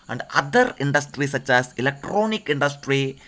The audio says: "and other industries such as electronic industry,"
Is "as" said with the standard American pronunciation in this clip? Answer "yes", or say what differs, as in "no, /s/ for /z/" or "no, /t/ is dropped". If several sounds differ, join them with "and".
no, /s/ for /z/